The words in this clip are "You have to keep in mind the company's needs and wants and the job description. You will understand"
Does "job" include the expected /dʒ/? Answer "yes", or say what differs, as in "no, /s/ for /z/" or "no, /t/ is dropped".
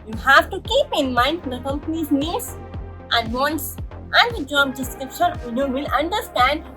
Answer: yes